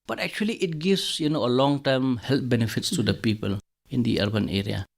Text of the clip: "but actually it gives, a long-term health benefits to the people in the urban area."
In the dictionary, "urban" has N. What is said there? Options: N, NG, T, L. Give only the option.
N